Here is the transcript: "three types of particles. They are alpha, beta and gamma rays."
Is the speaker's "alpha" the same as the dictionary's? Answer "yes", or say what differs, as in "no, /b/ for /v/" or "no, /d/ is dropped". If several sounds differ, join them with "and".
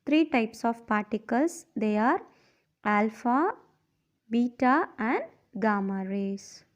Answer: yes